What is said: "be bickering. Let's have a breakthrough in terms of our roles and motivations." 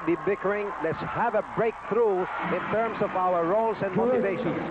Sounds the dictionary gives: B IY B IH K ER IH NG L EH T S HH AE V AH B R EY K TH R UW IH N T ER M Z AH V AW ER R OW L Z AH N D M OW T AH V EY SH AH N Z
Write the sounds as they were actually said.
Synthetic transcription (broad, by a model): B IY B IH K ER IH NG L EH T S HH AE V AH B R EY K TH R UW IH N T ER M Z AH V AW ER R OW L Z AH N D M OW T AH V EY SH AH N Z